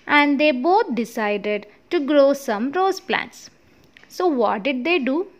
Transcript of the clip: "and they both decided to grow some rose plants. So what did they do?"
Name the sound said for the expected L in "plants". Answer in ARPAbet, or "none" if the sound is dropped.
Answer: L